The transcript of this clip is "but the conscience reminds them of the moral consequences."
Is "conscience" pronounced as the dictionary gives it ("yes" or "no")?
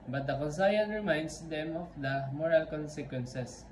no